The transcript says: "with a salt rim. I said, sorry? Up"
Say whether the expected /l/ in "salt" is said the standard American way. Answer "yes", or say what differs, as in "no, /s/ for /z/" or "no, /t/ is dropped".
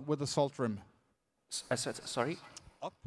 yes